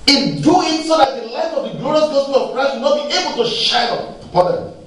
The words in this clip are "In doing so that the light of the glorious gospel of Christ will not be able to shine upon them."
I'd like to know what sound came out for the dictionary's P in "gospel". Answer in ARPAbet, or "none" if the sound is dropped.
none